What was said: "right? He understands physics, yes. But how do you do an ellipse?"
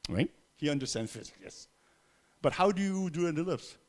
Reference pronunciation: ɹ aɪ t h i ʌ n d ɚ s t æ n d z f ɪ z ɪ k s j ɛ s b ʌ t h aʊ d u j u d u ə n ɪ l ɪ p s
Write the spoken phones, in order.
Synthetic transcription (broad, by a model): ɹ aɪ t h i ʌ n d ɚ s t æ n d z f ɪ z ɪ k j ɛ s b ʌ t h aʊ d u j u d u ə n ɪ l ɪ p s